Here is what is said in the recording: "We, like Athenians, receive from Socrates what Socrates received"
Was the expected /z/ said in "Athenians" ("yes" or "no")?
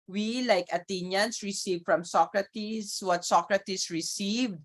no